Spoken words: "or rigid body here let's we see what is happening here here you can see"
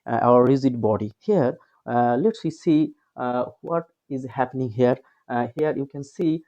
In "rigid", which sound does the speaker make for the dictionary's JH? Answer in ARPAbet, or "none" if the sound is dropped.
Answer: Z